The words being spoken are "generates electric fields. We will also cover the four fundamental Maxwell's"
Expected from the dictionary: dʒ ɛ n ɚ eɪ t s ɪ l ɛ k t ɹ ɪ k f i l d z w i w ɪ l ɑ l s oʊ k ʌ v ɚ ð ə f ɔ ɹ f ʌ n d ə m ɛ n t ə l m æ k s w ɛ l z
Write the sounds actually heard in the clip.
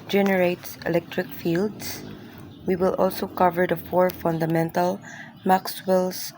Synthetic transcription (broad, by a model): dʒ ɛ n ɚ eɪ t s ɪ l ɛ k t ɹ ɪ k f i l d s w i w ɪ l ɑ l s oʊ k ʌ v ɚ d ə f ɔ ɹ f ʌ n d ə m ɛ n t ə l m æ k s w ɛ l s